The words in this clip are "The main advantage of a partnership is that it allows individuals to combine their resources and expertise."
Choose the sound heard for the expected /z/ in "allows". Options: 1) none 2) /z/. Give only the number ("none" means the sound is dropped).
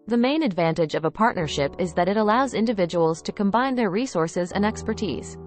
2